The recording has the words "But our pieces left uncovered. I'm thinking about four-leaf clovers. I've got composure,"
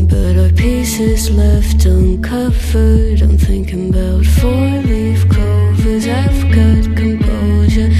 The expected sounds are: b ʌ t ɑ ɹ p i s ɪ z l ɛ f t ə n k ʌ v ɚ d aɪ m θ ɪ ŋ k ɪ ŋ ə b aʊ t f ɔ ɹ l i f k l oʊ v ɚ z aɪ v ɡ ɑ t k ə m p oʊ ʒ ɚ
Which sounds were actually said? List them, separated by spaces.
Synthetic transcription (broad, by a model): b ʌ t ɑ p i s ɪ z l ɛ f t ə n k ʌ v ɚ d aɪ m θ ɪ ŋ k ɪ ŋ ə b aʊ t f ɔ ɹ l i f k oʊ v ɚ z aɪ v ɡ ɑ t k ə m p oʊ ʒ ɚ